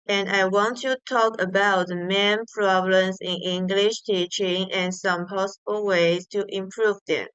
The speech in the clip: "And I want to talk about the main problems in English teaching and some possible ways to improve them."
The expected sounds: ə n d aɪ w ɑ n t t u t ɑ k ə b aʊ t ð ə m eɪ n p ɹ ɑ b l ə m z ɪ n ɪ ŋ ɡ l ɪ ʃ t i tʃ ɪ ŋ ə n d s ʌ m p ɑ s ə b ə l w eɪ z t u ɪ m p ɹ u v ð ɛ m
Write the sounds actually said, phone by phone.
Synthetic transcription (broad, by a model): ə n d aɪ w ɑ n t t u t ɑ k ə b aʊ t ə m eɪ n p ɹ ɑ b l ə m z ɪ n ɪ ŋ ɡ l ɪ ʃ t i tʃ ɪ ŋ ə n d s ʌ m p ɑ s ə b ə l w eɪ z t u ɪ m p ɹ u v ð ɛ m